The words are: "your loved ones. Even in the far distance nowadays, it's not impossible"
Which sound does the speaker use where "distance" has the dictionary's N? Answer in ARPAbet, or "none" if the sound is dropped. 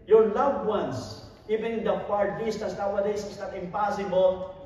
none